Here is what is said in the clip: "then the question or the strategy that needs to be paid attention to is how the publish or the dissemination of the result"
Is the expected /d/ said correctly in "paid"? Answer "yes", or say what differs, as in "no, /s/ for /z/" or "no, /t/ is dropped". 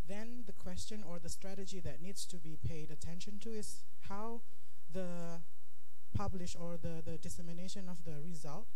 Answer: yes